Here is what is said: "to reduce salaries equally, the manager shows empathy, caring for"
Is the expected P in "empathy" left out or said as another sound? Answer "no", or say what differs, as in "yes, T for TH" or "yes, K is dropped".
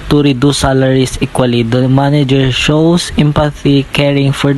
no